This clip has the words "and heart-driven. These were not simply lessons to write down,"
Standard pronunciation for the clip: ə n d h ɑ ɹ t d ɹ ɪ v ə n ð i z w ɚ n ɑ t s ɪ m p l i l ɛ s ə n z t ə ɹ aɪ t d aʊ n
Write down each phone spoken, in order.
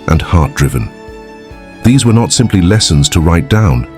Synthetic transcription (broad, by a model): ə n h ɑ ɹ t d ɹ ɪ v ə n ð i z w ɚ n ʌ t s ɪ m p l i l ɛ s ə n z t ə ɹ aɪ t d aʊ n